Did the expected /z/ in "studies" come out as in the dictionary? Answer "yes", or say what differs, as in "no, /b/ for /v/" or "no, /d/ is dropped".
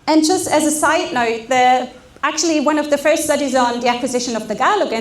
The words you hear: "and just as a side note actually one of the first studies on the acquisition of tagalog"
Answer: yes